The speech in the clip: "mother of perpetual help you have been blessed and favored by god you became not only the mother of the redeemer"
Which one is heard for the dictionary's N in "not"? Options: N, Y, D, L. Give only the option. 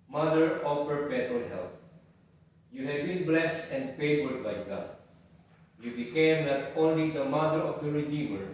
L